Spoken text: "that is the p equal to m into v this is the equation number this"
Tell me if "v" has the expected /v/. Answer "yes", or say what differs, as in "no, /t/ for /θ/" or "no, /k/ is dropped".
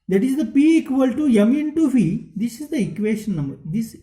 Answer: no, /f/ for /v/